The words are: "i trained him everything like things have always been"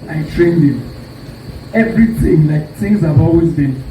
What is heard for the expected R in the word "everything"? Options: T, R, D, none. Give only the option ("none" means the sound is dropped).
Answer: R